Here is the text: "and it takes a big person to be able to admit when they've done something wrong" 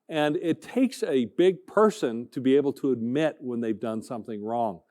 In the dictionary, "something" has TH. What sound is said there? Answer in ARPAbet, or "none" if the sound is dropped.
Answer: TH